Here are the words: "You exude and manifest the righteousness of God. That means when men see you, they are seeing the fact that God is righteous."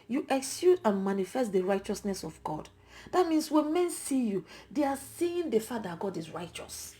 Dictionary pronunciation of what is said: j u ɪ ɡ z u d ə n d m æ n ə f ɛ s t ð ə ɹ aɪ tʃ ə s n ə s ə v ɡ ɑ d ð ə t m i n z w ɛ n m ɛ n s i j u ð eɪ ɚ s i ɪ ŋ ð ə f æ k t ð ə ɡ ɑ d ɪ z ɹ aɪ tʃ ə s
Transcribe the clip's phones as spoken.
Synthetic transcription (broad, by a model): j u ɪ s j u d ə n m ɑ n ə f ɛ s t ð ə ɹ aɪ tʃ ə s n ə s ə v ɡ ɑ d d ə t m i n s w ɛ n m ɛ n s i j u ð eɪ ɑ s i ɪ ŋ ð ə f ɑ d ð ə ɡ ɑ d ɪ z ɹ aɪ tʃ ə s